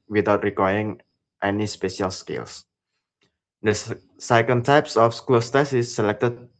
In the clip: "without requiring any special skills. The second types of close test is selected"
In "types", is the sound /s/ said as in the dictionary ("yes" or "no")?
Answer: yes